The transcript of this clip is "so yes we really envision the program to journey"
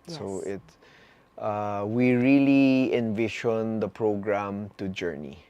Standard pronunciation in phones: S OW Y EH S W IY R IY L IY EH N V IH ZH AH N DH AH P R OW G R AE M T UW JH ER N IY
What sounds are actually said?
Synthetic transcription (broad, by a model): S OW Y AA W IY R IY L IY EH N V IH SH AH N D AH P R OW G R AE M T UW JH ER N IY